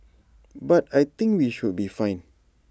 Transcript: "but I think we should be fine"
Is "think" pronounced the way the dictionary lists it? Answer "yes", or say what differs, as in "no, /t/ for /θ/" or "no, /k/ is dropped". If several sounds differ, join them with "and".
no, /t/ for /θ/